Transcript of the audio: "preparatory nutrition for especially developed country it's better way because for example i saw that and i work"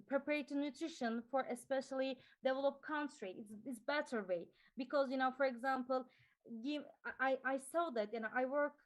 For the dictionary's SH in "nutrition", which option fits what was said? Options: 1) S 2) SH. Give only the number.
2